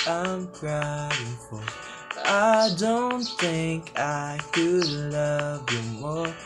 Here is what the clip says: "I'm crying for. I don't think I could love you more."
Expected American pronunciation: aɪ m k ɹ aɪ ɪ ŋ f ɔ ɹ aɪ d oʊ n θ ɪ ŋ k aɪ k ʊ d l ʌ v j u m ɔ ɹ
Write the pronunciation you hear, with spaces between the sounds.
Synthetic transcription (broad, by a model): aɪ m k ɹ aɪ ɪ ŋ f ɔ l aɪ d oʊ n θ ɪ ŋ k aɪ k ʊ d l ʌ v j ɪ m ɔ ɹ